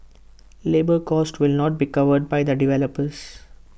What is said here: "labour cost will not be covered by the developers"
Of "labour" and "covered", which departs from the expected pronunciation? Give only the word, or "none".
none